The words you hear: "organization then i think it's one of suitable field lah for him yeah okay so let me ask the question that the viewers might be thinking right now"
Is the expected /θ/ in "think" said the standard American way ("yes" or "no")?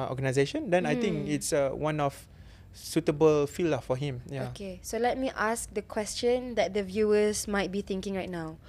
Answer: no